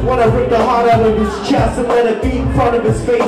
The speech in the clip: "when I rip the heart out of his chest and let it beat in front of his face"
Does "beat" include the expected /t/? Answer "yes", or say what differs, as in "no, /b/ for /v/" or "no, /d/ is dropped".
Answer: no, /t/ is dropped